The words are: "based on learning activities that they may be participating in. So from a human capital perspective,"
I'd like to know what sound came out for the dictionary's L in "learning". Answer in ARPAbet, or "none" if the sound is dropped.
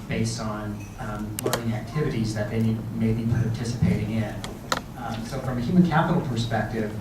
L